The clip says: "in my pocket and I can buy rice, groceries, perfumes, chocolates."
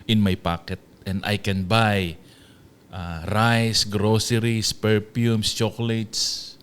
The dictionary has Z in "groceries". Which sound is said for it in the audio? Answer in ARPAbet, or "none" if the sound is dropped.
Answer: S